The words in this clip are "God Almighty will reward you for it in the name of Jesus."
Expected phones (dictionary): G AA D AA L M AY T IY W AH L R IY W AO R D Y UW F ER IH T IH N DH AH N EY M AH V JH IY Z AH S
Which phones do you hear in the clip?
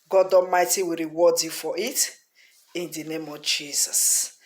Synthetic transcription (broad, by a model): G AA D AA M AY T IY W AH R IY W AO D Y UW F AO IH T IH N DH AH N EY M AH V JH IY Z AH S